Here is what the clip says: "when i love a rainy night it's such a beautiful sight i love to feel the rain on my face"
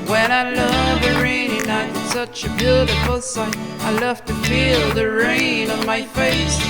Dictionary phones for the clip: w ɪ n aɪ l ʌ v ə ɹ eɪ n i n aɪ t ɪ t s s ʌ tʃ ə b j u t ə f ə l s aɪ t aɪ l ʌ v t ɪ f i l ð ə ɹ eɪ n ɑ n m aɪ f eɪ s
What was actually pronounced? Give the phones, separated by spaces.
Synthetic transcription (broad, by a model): w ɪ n aɪ l ʌ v ə ɹ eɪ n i n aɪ ɪ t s s ʌ tʃ ə b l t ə f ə l s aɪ aɪ l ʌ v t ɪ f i l ð ə ɹ eɪ n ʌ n m aɪ f eɪ s